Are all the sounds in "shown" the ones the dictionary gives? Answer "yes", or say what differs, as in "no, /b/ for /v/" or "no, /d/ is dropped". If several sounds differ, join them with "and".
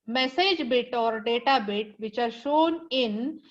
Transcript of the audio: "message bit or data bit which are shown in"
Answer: yes